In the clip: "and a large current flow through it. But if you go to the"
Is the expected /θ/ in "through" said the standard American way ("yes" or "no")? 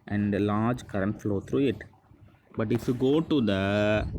no